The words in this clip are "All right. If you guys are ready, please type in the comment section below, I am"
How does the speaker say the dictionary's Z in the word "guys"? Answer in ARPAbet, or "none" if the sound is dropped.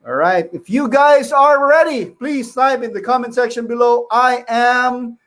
Z